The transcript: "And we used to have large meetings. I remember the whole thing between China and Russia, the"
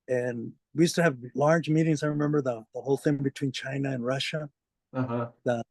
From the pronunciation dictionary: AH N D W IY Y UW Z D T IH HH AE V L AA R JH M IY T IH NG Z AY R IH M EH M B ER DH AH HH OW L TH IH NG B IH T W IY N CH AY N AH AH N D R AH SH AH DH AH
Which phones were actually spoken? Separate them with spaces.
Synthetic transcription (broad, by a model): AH N W IY Y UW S T IH V L AA R JH M IY T IH NG Z AY R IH M EH M B ER DH AH HH OW L TH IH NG B IH T W IY N CH AY N AH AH N R AH SH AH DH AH